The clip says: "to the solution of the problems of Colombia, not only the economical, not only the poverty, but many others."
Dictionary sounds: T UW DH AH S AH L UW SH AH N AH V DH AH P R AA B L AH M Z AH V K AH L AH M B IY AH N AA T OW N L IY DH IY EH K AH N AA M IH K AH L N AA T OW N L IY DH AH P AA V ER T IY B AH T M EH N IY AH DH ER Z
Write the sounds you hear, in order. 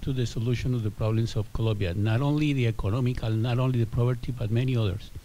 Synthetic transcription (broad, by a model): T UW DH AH S AH L UW SH AH N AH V DH AH P R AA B L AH M S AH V K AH L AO M B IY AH N AA T OW N L IY DH IY EH K AH N AA M IH K AH L N AA T OW N L IY DH AH P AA P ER T IY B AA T M EH N IY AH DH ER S